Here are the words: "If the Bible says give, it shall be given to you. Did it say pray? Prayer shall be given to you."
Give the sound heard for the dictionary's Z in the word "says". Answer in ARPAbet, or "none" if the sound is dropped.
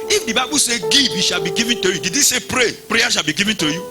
none